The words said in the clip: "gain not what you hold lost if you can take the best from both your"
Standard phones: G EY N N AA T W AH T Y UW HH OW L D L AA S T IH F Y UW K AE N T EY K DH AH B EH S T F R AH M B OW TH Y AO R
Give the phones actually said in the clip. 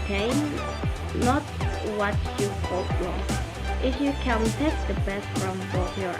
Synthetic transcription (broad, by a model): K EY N N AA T W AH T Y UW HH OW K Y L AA T IH F Y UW K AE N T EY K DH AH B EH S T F R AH M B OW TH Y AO R